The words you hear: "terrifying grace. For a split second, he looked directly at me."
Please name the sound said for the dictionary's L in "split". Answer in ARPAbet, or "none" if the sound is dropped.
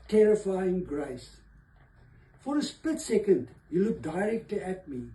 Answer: none